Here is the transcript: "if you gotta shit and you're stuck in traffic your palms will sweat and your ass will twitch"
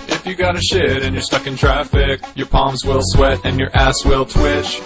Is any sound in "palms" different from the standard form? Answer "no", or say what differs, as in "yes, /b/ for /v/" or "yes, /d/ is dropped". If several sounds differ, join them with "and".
no